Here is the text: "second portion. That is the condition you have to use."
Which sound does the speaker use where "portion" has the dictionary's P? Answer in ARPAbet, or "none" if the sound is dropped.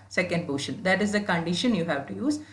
B